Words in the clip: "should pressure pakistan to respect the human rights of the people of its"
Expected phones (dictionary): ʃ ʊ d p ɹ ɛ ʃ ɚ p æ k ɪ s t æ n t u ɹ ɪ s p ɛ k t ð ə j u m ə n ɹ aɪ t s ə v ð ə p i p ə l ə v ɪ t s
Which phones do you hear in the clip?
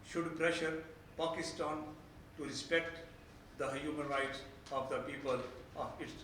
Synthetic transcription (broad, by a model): ʃ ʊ d p ɹ ɛ ʃ ɚ p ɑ k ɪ s t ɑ n t u ɹ ɪ s p ɛ k t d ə j u m ə n ɹ aɪ t s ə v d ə p i p ə l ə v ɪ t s